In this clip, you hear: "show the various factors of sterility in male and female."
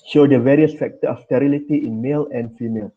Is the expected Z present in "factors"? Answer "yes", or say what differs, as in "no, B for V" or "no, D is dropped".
no, Z is dropped